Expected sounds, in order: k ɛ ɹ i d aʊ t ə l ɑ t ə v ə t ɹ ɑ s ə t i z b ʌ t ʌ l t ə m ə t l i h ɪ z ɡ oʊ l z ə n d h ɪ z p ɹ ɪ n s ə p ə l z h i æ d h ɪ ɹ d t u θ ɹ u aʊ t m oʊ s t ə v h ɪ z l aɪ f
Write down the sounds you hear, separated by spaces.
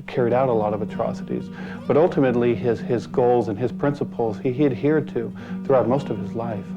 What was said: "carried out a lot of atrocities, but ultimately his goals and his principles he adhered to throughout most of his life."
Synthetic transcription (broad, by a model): k ɛ ɹ i d aʊ t ə l ɑ t ə v ə t ɹ ɑ s ə t i z b ʌ t ʌ l t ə m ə t l i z ɪ z ɡ oʊ l z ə n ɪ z p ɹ ɪ n s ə p l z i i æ d h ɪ ɹ d t u θ ɹ u aʊ t m oʊ s t ə v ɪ z l aɪ f